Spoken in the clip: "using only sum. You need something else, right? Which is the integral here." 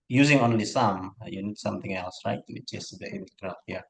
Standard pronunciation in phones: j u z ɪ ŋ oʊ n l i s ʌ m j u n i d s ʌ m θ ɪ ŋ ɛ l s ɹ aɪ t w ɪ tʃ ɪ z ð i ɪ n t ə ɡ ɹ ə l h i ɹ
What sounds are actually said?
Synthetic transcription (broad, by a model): j u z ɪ ŋ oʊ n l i s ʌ m j u n i d s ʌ m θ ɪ ŋ ɛ l s ɹ aɪ t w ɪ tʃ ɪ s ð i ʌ l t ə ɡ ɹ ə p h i